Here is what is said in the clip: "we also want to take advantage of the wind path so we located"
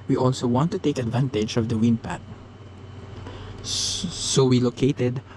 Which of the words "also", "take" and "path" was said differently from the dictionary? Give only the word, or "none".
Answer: path